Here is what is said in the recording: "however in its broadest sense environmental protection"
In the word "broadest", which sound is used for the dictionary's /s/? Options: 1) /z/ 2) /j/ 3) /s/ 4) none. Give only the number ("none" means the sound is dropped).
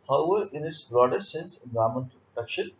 4